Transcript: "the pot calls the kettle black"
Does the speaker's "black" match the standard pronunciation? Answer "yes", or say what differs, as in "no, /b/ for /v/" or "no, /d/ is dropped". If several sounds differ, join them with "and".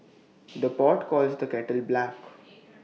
yes